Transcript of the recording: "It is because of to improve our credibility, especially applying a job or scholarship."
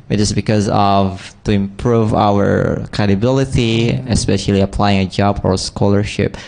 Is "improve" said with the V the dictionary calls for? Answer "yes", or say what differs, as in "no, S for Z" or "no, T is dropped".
yes